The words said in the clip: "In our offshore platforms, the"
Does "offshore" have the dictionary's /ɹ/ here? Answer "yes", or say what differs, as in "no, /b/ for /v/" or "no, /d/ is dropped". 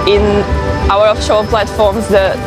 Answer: no, /l/ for /ɹ/